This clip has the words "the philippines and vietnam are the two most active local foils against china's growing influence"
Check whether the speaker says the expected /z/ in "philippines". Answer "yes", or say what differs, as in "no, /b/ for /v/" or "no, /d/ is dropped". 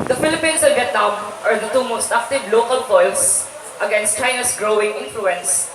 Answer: no, /s/ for /z/